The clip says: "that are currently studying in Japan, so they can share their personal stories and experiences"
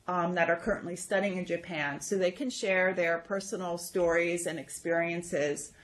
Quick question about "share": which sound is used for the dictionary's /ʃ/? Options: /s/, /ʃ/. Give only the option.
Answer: /ʃ/